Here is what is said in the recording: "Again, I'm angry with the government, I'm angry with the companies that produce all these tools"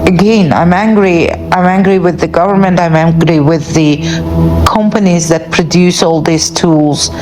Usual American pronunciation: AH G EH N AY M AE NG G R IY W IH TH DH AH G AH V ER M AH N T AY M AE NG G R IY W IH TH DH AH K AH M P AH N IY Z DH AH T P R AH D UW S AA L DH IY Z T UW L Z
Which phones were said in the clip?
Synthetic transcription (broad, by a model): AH G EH N AY M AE NG G R IY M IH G DH AH G AH V ER M AH N T AY M AE NG G R IY W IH DH AH K AH M P AH N IY Z DH AH T P R AH D UW S AA L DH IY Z T UW L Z